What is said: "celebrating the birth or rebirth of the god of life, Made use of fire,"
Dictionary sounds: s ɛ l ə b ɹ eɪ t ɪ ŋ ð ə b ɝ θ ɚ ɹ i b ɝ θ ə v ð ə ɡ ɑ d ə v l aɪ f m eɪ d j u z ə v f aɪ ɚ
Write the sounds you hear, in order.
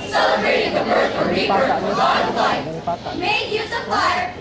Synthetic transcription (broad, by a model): s ɛ l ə b ɹ eɪ t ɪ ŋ ð ə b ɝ s ɚ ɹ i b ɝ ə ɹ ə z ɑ ə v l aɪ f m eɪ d j u z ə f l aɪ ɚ